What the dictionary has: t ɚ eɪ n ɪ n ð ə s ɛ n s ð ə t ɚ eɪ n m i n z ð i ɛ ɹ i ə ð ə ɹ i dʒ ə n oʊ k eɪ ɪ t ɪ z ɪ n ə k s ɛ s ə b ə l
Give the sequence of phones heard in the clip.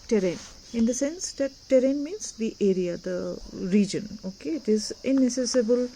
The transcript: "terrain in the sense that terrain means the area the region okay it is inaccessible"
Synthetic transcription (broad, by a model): t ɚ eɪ n ɪ n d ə s ɛ n s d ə t ɚ eɪ n m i n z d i ɛ ɹ i ə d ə ɹ i dʒ ə n oʊ k eɪ ɪ t ɪ z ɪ n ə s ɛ s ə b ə l